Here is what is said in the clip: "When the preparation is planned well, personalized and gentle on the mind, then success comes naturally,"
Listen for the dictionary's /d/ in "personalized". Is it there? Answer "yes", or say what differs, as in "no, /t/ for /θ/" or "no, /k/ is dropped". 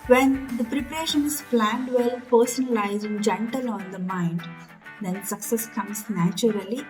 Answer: no, /d/ is dropped